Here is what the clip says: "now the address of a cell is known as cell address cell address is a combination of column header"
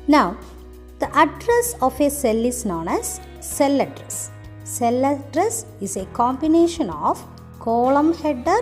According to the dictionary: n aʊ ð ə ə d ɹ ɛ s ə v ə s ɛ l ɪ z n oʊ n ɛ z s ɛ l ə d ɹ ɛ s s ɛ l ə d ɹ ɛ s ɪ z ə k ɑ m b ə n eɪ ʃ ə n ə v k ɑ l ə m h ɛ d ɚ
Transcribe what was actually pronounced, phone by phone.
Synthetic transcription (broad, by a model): n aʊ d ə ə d ɹ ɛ s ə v ə s ɛ l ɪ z n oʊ n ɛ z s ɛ l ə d ɹ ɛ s s ɛ l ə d ɹ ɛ s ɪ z ə k ɑ m b ə n eɪ ʃ ə n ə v k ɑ l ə m h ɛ d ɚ